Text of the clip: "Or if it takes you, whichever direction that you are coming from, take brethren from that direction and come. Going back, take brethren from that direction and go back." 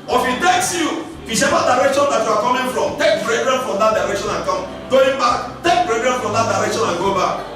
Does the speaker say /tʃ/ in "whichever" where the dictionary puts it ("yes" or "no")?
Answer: no